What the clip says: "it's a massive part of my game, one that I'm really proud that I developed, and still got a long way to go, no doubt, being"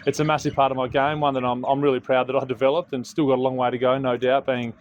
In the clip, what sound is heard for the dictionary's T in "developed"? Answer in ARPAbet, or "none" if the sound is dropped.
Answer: T